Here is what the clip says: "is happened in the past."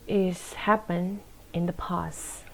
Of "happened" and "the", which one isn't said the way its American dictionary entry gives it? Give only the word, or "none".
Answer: happened